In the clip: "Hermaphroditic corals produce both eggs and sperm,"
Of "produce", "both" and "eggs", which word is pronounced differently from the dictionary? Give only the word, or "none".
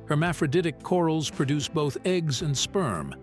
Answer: none